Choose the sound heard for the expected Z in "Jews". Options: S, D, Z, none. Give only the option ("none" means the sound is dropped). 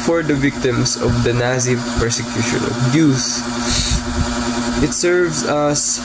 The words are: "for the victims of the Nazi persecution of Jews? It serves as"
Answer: S